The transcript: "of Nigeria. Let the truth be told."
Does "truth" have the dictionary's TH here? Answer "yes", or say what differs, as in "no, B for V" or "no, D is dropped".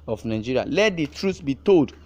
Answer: no, S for TH